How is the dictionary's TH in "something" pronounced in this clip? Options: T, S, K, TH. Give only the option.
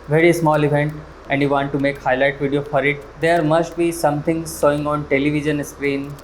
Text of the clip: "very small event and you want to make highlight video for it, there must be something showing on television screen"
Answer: T